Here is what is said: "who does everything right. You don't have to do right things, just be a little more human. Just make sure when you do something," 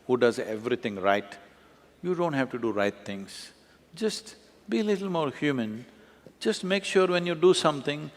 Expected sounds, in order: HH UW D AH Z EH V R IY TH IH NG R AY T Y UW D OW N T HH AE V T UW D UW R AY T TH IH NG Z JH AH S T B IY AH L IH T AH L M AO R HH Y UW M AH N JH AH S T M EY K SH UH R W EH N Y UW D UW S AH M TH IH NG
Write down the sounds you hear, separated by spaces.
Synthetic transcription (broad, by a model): HH UW D AH Z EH V R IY T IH NG R AY T Y UW D OW N T HH AE V T UW D UW R AY T T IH NG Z JH AH S T B IY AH L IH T L M AO R HH Y UW M AH N JH AH S T M EY K SH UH R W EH N Y UW D UW S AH M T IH NG